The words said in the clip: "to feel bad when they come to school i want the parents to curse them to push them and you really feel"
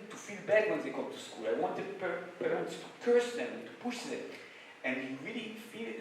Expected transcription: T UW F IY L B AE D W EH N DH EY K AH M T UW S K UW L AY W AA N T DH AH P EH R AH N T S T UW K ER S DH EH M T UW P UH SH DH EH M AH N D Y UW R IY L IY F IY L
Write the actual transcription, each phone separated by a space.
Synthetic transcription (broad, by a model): T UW F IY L B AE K W EH N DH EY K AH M T UW S K UW L AY W AA N T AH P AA W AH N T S T UW K ER S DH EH M T UW P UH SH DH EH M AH N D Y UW R IY L IY F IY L